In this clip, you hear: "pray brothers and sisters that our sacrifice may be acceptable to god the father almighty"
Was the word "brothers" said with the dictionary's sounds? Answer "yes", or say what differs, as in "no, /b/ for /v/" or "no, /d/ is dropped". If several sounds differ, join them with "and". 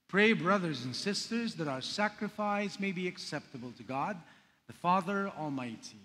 yes